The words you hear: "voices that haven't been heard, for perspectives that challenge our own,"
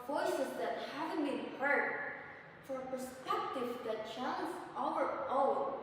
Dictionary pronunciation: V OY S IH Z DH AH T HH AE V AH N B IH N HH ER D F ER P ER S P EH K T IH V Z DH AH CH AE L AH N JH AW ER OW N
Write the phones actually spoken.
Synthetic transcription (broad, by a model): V OY S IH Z DH AH T HH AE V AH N B IH N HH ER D F ER P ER S P EH K T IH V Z DH AH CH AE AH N Z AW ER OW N